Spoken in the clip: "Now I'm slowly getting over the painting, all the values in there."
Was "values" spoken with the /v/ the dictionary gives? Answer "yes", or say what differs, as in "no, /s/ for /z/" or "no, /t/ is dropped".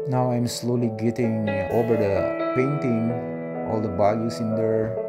no, /b/ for /v/